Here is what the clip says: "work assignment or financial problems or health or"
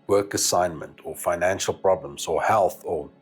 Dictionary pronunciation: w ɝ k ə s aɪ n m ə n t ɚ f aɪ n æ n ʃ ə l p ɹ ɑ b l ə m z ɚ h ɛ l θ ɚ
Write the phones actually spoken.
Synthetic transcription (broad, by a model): w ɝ k ə s aɪ n m ə n t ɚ f aɪ n æ n ʃ ə l p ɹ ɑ b l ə m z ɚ h ɛ l θ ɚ